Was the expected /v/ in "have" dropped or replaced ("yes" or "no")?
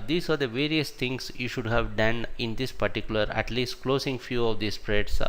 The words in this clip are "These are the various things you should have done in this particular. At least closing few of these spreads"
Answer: no